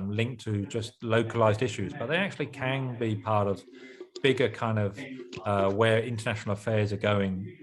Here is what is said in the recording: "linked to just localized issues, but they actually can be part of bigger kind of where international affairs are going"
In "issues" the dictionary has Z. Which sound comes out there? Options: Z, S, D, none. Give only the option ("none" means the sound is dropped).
Z